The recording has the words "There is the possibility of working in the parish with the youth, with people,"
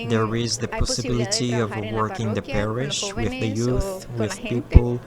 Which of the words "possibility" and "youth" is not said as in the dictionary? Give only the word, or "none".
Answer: none